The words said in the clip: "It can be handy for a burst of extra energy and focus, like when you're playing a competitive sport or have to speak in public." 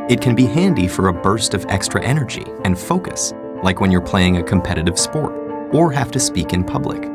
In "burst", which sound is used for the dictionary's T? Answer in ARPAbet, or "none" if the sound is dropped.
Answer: T